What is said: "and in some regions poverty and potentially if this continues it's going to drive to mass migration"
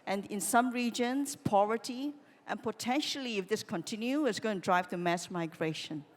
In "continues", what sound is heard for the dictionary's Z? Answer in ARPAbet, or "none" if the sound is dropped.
none